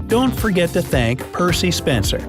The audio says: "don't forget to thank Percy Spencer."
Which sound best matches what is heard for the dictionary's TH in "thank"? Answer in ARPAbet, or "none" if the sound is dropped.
TH